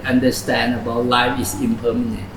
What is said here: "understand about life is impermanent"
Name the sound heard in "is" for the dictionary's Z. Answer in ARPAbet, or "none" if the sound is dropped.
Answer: S